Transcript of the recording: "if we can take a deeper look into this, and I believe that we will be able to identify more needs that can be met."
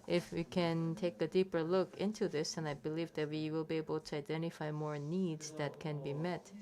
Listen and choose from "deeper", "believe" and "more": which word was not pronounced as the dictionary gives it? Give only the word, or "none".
none